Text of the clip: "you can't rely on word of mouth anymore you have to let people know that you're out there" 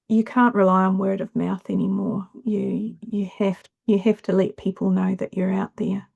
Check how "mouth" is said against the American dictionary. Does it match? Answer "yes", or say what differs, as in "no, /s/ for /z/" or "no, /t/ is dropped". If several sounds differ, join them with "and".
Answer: yes